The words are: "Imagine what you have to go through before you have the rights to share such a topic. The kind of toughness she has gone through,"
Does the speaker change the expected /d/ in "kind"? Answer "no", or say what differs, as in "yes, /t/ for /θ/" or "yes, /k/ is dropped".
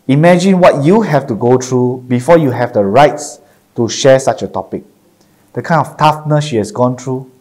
yes, /d/ is dropped